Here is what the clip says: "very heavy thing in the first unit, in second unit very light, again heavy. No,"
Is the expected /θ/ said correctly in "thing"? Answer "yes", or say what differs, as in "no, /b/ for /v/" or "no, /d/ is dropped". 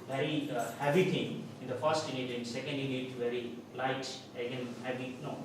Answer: no, /t/ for /θ/